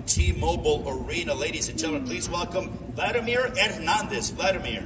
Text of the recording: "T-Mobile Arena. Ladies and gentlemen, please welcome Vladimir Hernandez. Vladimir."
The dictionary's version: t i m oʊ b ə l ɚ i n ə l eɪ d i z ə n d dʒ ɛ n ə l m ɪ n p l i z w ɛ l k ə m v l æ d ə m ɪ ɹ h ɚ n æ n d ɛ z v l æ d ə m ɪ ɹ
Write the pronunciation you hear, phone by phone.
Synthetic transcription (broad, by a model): t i m oʊ b l ɚ i n ə l eɪ d i z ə n dʒ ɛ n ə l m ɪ n p l i z w ɛ l k ə m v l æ d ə m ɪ ɹ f n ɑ n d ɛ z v l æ d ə m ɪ ɹ